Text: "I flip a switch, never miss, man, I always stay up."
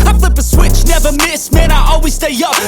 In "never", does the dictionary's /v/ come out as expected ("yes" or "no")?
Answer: yes